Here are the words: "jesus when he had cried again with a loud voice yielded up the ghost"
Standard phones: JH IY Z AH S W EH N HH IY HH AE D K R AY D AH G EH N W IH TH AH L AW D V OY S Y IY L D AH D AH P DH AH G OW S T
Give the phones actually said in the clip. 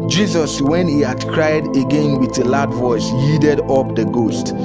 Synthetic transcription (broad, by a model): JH IY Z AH S W EH N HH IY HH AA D K R AY D AH G EH N W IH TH AH L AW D V OY S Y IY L D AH D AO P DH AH G OW S T